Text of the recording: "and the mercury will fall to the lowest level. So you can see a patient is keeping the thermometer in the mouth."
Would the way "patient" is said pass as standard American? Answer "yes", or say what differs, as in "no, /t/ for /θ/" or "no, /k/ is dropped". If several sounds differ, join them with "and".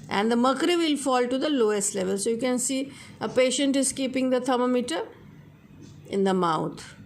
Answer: yes